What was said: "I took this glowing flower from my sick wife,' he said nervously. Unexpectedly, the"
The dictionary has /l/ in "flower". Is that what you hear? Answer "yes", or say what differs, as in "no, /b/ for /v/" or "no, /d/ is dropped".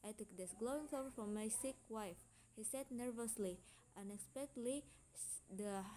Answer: no, /l/ is dropped